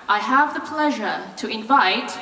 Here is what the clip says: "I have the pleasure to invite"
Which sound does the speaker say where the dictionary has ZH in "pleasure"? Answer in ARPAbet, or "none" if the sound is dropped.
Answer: ZH